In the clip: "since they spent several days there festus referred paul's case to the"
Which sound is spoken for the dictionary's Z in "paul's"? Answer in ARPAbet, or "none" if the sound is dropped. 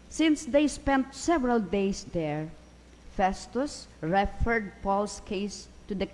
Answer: S